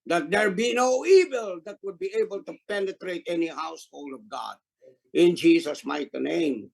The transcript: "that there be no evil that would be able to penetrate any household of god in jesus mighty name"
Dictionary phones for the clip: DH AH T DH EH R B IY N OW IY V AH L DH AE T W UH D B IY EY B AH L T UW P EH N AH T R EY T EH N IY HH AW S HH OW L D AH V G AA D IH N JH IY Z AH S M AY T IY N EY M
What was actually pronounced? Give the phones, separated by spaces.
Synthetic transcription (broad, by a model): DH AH T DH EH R B IY N OW IY V AH L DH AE T W UH D B IY EY B AH L T UW P EH N AH T R EY T EH N IY HH AW S HH OW L D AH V G AA D IH N JH IY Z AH S M AY T IY N EY M